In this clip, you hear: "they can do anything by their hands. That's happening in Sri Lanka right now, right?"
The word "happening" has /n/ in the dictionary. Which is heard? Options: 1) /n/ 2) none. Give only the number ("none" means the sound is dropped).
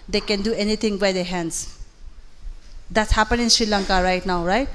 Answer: 2